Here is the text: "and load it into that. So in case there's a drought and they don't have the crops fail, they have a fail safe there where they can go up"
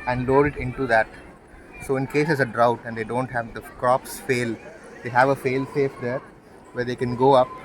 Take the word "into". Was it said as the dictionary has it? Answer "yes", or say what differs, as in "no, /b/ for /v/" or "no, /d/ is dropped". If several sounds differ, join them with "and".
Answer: yes